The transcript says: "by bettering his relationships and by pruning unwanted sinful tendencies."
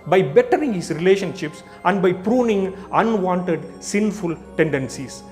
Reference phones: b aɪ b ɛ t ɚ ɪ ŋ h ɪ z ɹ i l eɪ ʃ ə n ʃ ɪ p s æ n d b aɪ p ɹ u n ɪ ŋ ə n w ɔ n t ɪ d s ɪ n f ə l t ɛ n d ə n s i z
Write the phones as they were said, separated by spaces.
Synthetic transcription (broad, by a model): b aɪ b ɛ t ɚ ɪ ŋ h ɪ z ɹ i l eɪ ʃ ə n ʃ ɪ p s æ n d b aɪ p ɹ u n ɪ ŋ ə n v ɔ n t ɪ d s ɪ n f ə l t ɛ n d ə n s i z